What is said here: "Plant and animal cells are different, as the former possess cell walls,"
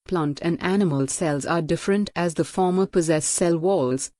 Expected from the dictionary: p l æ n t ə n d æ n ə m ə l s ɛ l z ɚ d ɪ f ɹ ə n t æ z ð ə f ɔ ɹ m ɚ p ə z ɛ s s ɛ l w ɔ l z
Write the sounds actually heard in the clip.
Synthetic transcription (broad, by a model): p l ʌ n t ə n d æ n ə m ə l s ɛ l z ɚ d ɪ f ɹ ə n t æ z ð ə f ɔ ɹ m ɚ p ə z ɛ s s ɛ l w ɔ l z